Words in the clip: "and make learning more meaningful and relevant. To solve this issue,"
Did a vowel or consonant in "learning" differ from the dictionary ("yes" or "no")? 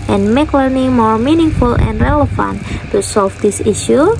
yes